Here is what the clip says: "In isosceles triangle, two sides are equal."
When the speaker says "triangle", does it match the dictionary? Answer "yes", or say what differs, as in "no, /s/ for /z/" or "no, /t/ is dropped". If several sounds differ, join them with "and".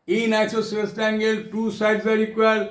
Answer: no, /ɹ/ is dropped